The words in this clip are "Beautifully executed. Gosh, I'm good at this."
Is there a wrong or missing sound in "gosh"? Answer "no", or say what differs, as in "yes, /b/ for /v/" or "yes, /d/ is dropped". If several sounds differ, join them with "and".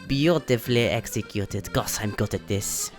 yes, /s/ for /ʃ/